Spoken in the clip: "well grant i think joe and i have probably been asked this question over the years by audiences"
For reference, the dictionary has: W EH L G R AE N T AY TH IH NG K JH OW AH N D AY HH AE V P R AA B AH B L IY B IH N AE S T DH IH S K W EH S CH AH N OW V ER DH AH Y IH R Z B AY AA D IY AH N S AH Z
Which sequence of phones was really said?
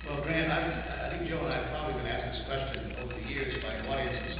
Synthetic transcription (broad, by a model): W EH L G R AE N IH AY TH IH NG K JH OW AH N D AY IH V P R AA B AH B L IY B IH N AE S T DH IH S K W EH S CH AH N OW V ER DH AH Y IH R Z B AY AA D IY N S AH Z